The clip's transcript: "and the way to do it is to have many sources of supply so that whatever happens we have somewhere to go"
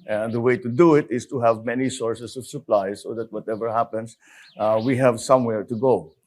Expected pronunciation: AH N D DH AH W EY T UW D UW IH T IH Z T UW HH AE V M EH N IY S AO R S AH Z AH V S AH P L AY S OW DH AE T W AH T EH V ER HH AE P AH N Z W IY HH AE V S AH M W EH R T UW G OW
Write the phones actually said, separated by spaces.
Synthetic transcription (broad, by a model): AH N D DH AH W EY T UW D UW IH T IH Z T UW HH AE V M EH N IY S AO R S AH S AH V S AH P L AY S OW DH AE T W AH T EH V ER HH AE P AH N S W IY HH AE V S AH M W EH R T UW G OW